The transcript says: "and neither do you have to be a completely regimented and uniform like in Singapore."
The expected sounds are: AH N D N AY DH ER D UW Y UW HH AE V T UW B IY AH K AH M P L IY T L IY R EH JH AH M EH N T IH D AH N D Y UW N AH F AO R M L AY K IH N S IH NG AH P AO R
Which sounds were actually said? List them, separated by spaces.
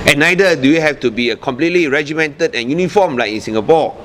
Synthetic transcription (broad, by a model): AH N N AY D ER D UW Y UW HH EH F T UW B IY AH K AH M P L IY T L IY R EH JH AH M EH N T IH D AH N Y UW N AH F AO M L AY K IH N S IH NG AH P AO